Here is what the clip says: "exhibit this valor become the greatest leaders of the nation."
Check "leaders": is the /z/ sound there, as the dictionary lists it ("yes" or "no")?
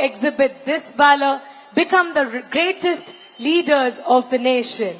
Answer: yes